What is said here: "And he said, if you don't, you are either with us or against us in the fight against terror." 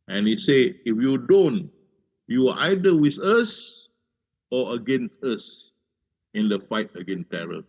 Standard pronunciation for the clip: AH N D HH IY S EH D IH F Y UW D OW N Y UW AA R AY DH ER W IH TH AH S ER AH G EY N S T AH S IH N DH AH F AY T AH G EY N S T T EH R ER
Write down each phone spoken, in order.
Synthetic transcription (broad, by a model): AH N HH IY S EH IH F Y UW D OW N Y UW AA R AY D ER W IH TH AH S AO AH G EY N S T AH S IH N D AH F AY T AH G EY N S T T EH R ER